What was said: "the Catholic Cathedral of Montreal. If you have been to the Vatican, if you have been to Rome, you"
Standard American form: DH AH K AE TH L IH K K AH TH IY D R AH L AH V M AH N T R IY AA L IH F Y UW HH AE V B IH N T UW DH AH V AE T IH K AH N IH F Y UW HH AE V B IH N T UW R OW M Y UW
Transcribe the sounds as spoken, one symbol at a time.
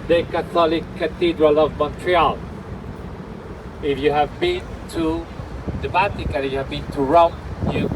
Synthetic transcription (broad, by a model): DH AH K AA T L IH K K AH T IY D R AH L AH V M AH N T R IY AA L IH F Y UW HH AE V B IH N T UW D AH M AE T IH K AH L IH Y UW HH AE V B IH N T UW R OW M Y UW